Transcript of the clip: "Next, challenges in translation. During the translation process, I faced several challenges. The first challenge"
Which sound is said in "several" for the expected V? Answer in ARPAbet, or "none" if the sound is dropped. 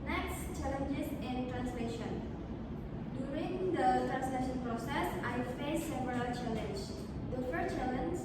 P